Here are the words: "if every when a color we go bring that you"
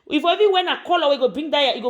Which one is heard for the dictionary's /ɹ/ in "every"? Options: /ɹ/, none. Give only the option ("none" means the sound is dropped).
none